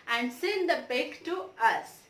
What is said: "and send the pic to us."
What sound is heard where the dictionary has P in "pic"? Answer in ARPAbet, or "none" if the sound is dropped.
B